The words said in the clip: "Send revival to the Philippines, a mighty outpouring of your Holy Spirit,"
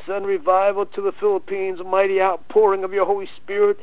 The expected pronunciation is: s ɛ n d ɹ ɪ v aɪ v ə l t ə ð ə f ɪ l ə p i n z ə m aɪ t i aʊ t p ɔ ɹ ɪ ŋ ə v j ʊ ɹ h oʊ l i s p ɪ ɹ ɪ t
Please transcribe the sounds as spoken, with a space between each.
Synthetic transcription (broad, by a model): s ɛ n ɹ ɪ v aɪ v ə l t ə ð ə f ɪ l ə p i n z m aɪ t i aʊ t p ɔ ɹ ɪ ŋ ə v j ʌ ɹ h oʊ l i s p ɪ ɹ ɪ t